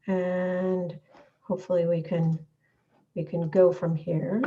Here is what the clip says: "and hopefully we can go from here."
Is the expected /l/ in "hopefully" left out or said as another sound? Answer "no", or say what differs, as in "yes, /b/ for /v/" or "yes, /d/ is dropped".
yes, /w/ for /l/